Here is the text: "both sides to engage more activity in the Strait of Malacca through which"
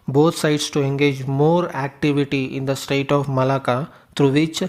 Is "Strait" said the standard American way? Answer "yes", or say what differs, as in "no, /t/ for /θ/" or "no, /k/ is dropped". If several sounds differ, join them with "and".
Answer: no, /ɹ/ is dropped